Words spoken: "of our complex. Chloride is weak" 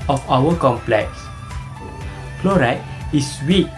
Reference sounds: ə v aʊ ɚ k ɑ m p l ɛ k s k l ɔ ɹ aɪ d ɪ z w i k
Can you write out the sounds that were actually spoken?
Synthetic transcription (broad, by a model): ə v aʊ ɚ k ɑ m p l ɛ k s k l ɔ ɹ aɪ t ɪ s w i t